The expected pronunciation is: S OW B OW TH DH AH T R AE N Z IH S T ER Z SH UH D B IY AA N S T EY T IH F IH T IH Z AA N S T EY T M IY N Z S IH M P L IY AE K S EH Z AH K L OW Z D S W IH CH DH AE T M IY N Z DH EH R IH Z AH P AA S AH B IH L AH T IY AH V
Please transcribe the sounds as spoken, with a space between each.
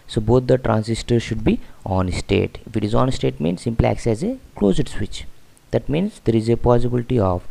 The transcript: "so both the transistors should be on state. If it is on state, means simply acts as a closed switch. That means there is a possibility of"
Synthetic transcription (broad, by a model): S OW B OW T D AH T R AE N S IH S T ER SH UH D B IY AA N S T EY T IH F IH T IH Z AA N S T EY T M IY N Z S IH M P L IY AE K S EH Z AH K L OW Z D S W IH CH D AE T M IY N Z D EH R IH Z AH P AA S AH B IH L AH T IY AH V